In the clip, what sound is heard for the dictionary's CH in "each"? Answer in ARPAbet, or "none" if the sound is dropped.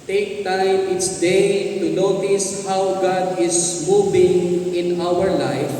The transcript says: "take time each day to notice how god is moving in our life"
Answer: S